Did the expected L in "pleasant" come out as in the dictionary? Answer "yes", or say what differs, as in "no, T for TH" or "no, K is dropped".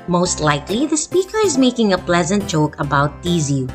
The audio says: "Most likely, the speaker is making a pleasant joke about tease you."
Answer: yes